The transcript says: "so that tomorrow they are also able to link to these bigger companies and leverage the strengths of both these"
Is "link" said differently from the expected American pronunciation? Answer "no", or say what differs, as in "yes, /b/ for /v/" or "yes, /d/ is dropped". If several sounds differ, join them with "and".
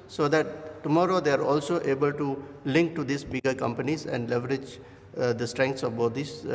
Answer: no